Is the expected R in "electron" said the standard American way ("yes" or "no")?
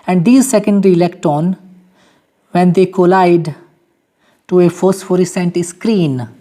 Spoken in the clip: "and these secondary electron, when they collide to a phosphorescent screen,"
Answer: no